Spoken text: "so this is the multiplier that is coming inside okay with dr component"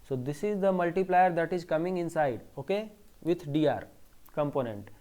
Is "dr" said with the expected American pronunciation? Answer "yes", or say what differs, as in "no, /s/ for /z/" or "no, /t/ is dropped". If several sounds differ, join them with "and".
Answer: no, /k/ is dropped